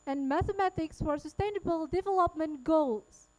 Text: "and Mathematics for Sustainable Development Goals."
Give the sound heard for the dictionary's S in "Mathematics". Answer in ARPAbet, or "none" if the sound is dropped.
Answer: S